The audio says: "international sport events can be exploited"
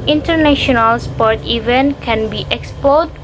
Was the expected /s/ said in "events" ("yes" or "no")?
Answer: no